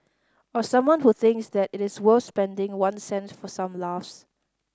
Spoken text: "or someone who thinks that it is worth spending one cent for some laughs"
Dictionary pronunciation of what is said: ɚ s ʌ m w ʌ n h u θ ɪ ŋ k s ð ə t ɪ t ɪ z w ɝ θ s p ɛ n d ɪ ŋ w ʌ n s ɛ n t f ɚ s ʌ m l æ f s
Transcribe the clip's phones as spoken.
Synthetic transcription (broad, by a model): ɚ s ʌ m w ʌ n h u θ ɪ ŋ k s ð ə t ɪ t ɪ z w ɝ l s p ɛ n d ɪ ŋ w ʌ n s ɛ n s f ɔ s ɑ m l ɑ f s